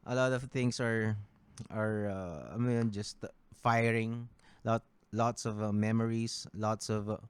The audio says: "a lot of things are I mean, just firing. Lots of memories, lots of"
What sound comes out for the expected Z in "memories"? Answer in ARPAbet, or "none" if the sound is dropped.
S